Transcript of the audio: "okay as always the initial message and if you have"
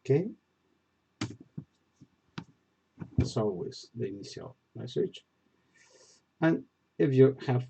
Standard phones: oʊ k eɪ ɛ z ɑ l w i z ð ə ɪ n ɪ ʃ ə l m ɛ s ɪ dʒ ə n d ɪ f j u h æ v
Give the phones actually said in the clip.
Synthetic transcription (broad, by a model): k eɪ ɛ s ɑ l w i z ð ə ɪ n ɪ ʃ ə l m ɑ s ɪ tʃ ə n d ɪ f j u h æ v